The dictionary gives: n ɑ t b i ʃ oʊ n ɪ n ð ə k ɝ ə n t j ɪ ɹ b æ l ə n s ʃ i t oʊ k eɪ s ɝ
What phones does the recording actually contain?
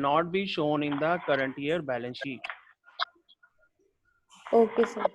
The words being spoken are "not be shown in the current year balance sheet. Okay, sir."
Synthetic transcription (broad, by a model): n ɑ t b i ʃ oʊ n ɪ n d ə k ɝ ə n t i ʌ ɹ b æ l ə n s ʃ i oʊ k eɪ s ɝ